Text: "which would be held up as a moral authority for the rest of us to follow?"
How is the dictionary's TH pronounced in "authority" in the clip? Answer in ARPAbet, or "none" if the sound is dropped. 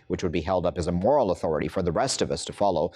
TH